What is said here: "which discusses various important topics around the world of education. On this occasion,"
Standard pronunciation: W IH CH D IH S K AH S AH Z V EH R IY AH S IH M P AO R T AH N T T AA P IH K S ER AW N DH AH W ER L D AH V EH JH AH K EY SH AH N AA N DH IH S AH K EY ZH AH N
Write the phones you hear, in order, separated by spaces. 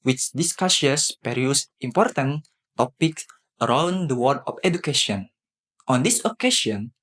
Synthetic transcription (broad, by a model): W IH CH D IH S K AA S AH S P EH R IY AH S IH M P AO R T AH N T T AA P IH K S ER AW N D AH W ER D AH F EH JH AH K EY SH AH N AA N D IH S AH K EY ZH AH N